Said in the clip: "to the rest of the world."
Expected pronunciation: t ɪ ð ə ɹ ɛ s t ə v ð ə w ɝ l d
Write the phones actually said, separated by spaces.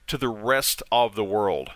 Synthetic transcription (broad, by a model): t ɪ ð ə ɹ ɛ s t ə v ð ə w ɝ l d